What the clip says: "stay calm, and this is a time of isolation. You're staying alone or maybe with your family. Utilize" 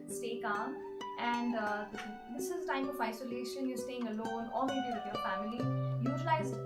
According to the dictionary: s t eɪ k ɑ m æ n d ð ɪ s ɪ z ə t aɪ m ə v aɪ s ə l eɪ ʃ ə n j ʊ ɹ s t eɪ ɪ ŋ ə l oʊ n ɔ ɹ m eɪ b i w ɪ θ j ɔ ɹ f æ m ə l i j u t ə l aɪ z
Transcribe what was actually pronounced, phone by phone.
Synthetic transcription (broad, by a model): s t eɪ k ɑ m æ n d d ɪ s ɪ z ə t aɪ m ə v aɪ s ə l eɪ ʃ ə n j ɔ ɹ s t eɪ ɪ ŋ ə l oʊ n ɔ l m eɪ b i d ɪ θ j ɔ ɹ f æ m ə l i j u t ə l aɪ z